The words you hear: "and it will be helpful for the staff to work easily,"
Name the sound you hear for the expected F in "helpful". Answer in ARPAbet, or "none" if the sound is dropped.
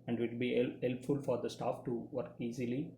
F